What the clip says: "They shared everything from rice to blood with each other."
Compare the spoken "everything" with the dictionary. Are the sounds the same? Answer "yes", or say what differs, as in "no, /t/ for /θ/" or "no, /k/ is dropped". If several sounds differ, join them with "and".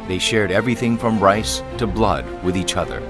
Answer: yes